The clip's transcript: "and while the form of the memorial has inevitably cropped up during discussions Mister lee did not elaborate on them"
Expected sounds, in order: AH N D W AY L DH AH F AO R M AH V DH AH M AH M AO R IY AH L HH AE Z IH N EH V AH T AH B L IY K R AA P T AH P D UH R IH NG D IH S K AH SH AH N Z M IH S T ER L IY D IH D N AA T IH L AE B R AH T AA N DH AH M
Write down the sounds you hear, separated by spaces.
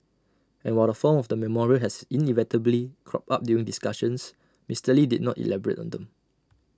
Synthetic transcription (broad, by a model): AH N W AY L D AH F AO M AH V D AH M AH M AO R IY AH L HH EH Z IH N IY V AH T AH B L IY K R AA P AA P D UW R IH NG D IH S K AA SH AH N S M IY S T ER L IY D IH D N AA T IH L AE B R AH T AA N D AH M